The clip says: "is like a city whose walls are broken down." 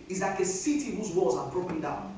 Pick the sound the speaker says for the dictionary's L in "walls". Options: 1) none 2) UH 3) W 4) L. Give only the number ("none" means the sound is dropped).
1